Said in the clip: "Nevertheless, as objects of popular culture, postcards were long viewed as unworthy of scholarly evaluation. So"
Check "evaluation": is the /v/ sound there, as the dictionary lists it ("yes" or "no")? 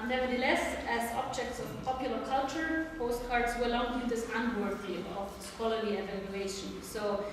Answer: yes